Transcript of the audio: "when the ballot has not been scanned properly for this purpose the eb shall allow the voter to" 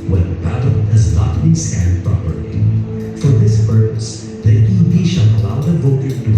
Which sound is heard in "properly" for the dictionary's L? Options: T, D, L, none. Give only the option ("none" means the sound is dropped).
none